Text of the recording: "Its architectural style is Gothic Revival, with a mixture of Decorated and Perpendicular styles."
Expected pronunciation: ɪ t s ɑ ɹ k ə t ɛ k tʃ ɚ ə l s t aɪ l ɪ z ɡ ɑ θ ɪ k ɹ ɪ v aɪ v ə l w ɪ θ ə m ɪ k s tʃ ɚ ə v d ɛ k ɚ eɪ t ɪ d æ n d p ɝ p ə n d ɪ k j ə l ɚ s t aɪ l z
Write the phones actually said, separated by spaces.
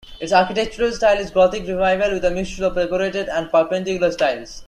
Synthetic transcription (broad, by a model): ɪ t s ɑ ɹ k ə t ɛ k tʃ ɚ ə l s t aɪ l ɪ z ɡ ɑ t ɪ k ɹ ɪ v aɪ v ə l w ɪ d ə m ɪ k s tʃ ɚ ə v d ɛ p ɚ eɪ t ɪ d æ n d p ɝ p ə n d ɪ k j l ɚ s t aɪ l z